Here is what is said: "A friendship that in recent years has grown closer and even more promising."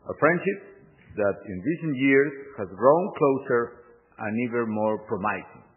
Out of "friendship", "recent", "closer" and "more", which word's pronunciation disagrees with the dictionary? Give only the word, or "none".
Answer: none